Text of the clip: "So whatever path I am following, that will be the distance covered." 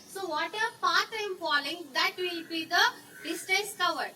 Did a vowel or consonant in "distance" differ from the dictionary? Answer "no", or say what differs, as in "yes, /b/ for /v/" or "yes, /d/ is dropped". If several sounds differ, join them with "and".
yes, /n/ is dropped